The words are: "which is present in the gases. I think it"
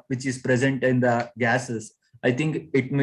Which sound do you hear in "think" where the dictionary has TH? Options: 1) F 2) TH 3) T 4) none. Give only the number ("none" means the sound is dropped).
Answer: 3